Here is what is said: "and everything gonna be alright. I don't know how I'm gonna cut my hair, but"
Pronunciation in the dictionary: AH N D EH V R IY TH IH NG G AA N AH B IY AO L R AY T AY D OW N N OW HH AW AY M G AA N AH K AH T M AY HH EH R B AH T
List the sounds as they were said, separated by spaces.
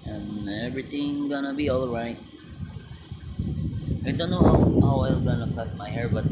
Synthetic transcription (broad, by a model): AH N EH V R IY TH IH NG G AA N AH B IY AO L R AY T AY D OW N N OW HH AW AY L G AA N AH K AH T M AY HH EH R B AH T